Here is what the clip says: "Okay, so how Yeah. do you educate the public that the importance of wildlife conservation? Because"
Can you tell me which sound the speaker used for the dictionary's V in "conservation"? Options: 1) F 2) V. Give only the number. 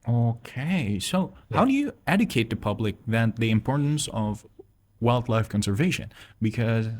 2